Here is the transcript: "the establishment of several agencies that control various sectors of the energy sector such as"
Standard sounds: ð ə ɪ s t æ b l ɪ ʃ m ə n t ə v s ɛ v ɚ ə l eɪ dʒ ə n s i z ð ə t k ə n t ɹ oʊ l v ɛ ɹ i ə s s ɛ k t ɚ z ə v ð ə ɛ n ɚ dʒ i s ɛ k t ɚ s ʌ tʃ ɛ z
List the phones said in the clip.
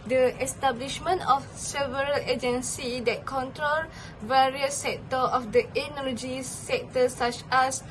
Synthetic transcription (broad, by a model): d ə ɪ s t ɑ b l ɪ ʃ m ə n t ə f s ɛ v ɚ ə l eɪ dʒ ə n s i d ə t k ə n t ɹ oʊ l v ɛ ɹ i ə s s ɛ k t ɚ ə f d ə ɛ n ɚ dʒ i s ɛ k t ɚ s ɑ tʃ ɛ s